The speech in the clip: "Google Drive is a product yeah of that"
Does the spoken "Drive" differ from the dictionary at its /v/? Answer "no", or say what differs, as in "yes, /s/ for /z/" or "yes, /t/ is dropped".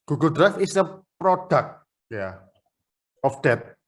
yes, /f/ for /v/